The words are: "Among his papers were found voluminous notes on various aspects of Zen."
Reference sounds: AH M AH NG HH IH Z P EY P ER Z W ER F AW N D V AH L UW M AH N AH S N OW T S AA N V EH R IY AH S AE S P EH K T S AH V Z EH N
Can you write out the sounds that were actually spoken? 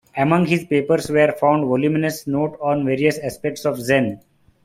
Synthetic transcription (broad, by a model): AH M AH NG HH IH Z P EY P ER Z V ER F AW N D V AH L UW M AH N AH S N OW T AA N V EH R IY AH S AE S P EH K T S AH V Z EH N